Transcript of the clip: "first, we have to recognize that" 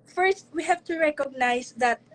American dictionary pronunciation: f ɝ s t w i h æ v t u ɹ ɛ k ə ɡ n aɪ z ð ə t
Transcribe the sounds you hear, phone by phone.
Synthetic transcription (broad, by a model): f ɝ s t w i h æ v t u ɹ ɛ k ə ɡ n aɪ s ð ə t